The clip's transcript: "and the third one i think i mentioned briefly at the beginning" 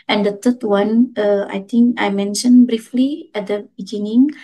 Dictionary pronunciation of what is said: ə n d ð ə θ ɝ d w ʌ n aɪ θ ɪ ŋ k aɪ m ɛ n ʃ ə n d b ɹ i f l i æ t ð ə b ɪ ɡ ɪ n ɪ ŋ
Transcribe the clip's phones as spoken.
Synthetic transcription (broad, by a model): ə n d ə t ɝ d w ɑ n aɪ t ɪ ŋ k aɪ m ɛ n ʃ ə n b ɹ i f l i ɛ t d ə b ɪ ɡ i n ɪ ŋ